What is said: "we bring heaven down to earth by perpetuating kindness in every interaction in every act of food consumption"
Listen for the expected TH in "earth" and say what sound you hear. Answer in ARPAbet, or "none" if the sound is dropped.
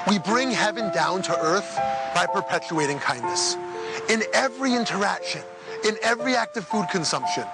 TH